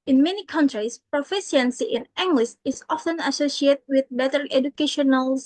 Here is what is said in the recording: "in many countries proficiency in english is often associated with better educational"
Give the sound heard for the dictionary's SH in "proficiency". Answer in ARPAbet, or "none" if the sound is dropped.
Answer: S